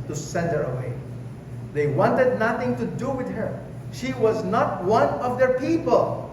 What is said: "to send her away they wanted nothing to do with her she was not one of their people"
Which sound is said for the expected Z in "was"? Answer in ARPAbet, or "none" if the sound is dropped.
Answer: Z